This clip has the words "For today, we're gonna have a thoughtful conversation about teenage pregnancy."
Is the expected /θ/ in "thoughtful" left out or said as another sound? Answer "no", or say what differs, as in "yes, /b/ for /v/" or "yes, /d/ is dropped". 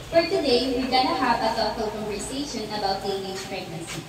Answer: yes, /s/ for /θ/